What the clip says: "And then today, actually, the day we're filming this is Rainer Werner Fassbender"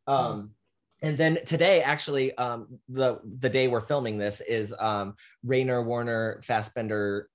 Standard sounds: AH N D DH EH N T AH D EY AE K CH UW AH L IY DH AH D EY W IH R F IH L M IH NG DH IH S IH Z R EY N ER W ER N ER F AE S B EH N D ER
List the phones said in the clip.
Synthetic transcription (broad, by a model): AH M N DH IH N T AH D EY AE K CH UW AH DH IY DH AH D EY W IH R F IH L M IH NG DH IH S IH Z R EY N ER W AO N ER F AE S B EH N D ER